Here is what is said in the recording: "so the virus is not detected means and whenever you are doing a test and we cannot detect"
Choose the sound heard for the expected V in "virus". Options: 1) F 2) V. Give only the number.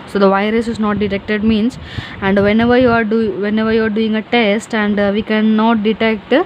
2